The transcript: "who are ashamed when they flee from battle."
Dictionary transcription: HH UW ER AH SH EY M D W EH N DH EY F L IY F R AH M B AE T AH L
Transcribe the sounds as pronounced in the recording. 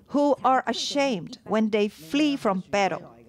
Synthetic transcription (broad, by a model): HH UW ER AH SH EY M D W EH N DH EY F L IY F R AH M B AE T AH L